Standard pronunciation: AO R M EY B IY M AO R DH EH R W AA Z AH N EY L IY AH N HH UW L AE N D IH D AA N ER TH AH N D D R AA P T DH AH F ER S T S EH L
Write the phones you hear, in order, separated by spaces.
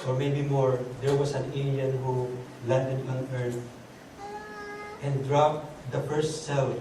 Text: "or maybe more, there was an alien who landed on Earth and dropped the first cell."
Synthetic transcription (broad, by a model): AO R M EY B IY M AO R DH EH R W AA S AH N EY N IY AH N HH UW L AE N D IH D AA N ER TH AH N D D R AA P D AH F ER S T S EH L